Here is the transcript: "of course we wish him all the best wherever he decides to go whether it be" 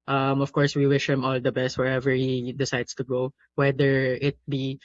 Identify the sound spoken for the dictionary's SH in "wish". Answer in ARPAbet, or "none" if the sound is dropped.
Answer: SH